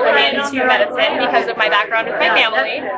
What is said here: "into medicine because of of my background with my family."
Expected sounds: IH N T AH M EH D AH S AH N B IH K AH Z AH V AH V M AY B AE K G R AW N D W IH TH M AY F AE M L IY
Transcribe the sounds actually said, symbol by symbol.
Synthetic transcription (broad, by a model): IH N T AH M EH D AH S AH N B IH K AH Z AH AH V M AY B AE K G R AW N D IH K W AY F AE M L IY